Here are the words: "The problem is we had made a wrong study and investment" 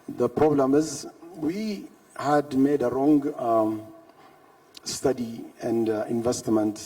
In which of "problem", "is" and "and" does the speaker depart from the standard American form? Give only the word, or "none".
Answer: none